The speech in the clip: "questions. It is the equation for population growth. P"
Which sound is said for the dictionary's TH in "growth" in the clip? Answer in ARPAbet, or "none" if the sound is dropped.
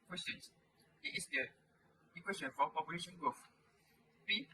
F